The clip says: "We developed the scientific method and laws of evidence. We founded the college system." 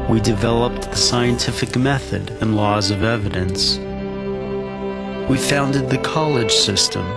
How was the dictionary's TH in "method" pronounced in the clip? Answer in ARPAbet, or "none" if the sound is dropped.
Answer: TH